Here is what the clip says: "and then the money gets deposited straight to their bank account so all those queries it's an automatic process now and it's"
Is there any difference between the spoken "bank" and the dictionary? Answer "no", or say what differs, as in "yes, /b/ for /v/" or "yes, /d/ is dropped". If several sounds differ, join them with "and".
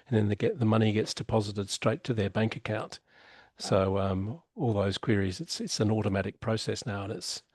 no